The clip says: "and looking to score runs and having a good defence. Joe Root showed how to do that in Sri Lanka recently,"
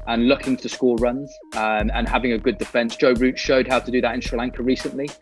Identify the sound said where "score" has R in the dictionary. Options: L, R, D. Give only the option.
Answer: L